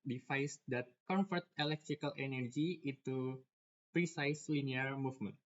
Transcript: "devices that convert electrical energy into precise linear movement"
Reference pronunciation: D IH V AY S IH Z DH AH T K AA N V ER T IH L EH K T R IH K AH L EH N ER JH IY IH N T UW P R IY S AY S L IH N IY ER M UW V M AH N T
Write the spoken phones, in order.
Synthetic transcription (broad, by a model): D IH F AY S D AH T K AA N F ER T IH L EH K T R IH K AH L EH N ER JH IY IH T UW P R IY S AY S L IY N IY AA M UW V M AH N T